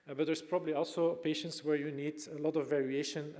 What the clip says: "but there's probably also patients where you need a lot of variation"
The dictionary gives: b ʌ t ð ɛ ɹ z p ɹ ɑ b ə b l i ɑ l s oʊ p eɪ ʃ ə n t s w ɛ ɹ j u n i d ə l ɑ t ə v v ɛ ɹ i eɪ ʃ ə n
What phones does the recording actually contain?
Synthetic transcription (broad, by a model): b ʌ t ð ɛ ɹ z p ɹ ɑ b ə b l i ɑ l s oʊ p eɪ ʃ ə n t s w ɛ ɹ j u n i d ə l ɑ t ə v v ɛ ɹ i eɪ ʃ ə n